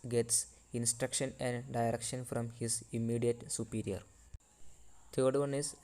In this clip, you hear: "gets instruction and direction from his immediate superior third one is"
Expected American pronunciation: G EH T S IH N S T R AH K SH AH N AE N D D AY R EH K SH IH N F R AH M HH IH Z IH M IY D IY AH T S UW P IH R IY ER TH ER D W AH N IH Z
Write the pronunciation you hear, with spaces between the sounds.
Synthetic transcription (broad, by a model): G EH T S IH N S T R AH K SH AH N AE N D D AY R EH K SH IH N F R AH M HH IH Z IH M IY D IY AH T S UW P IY R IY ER T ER D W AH N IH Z